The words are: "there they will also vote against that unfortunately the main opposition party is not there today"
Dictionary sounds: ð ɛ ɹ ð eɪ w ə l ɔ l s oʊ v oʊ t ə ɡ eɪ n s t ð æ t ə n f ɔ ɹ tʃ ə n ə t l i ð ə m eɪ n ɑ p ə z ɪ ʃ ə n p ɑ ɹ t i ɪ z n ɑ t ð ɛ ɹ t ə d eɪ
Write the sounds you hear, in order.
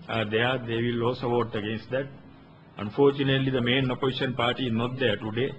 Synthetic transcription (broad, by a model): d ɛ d eɪ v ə l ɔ s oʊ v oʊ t ə ɡ eɪ n s t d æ t ə n f ɔ ɹ tʃ ə n ə t l i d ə m eɪ n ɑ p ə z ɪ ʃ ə n p ɑ ɹ t i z n ɑ t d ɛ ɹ t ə d eɪ